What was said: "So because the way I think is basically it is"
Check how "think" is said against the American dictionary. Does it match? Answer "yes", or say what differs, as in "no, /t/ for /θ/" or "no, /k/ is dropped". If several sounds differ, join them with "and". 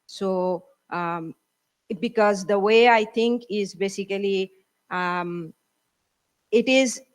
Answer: no, /t/ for /θ/